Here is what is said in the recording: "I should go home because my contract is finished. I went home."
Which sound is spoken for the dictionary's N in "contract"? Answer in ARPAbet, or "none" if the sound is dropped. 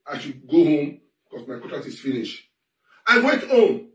none